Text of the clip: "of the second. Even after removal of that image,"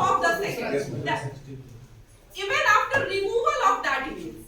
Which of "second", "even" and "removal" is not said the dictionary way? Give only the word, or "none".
second